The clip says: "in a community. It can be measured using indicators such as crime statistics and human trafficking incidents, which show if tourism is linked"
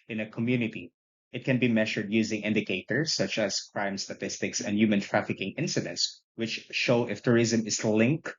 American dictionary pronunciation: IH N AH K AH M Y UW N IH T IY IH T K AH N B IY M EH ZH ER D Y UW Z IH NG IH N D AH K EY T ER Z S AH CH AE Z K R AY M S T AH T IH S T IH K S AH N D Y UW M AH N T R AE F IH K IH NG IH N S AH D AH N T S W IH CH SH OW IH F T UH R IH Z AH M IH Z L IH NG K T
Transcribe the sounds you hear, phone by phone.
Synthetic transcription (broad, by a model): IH N AH K AH M Y UW N IH T IY IH T K AH N B IY M EH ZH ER D Y UW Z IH NG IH N D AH K EY T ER S AH CH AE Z K R AY M S T AH T IH S T IH K S AH N D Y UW M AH N T R AE F IH K IH NG IH N S AH D AH N T S W IH CH SH OW IH F T UH R IH Z AH M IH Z L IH NG K